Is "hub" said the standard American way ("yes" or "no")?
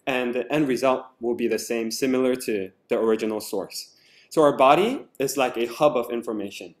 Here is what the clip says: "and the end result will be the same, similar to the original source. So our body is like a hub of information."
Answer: yes